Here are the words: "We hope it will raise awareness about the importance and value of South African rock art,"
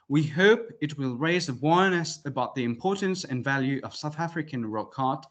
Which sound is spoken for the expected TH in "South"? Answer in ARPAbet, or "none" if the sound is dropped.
TH